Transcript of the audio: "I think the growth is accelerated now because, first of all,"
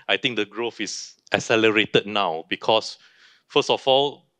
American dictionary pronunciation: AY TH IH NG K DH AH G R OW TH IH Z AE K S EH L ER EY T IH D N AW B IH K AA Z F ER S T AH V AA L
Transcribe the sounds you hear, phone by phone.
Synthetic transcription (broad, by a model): AY T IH NG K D AH G R OW F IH S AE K S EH L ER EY T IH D N AW B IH K AA S F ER S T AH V AA L